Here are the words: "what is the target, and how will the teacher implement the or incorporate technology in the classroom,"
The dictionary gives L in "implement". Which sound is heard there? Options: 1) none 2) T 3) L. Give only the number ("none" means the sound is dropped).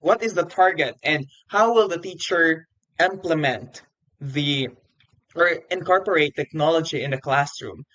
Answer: 3